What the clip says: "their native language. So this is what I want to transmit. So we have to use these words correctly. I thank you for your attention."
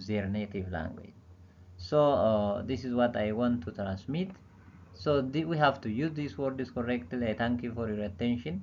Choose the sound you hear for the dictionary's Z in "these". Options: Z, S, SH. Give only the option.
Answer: S